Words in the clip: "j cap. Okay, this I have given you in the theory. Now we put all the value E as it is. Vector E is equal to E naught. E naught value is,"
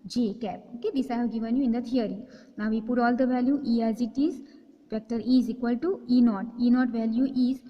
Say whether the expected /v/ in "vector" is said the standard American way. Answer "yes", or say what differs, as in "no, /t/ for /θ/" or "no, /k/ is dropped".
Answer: no, /p/ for /v/